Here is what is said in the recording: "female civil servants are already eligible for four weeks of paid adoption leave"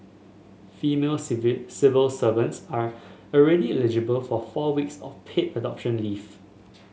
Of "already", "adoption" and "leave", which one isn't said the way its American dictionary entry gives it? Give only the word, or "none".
leave